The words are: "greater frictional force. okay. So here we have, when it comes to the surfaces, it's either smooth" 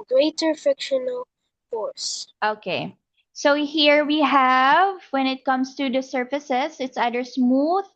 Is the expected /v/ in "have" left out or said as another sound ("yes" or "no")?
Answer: no